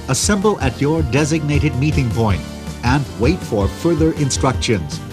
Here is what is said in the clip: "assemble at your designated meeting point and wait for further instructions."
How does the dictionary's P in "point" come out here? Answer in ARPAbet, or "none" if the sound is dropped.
P